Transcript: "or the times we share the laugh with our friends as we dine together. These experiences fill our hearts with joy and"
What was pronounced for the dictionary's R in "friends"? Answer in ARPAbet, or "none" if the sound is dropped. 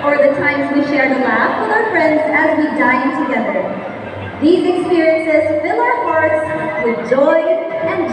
R